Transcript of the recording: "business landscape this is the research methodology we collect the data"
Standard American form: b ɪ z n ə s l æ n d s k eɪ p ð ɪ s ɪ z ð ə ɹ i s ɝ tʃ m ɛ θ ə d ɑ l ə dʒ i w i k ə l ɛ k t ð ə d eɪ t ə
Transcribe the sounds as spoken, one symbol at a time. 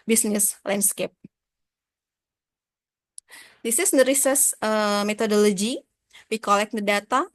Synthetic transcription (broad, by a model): b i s n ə s l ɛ n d s k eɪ p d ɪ s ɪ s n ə ɹ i s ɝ s m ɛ t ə d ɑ l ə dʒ i w i k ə l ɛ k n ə d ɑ t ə